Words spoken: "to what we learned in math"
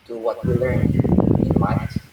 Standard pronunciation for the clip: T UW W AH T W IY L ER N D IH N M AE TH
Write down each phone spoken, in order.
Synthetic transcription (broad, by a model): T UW W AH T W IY L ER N IH N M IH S